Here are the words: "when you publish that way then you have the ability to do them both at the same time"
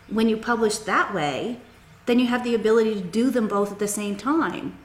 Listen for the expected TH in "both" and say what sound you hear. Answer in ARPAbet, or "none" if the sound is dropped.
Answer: TH